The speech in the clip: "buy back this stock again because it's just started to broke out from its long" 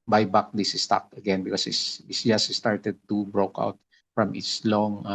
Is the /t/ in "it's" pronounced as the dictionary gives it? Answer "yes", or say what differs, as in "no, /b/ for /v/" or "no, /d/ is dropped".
no, /s/ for /t/